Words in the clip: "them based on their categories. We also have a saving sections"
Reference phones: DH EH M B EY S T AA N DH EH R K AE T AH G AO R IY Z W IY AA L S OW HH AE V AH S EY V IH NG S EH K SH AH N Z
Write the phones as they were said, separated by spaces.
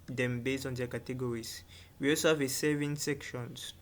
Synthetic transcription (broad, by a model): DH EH M B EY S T AA N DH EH K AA T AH G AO R IY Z W IY AA L S OW HH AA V AH S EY V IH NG S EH K SH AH N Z